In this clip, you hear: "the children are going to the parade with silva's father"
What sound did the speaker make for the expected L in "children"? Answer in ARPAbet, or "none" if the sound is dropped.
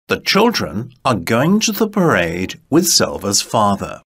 L